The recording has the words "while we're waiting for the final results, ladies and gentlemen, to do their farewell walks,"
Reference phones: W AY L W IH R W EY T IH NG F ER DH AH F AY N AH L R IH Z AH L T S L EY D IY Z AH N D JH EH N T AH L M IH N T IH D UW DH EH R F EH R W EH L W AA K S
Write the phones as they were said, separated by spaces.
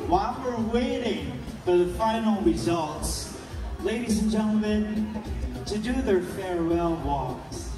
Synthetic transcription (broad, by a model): W AY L W IH R W EY T IH NG F ER DH AH F AY N L R IH Z AH L T S L EY D IY Z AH N JH EH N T L M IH N T IH D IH DH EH R F EH R W EH L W AA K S